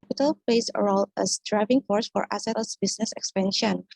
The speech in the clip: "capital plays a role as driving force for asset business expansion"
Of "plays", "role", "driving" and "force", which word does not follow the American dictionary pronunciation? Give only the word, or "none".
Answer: plays